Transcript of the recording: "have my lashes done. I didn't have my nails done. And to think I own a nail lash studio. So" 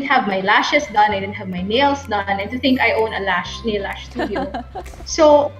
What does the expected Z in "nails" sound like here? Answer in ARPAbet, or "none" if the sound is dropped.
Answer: S